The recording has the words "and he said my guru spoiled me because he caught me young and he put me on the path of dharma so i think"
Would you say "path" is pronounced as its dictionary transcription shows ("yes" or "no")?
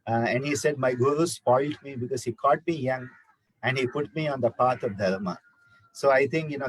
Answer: no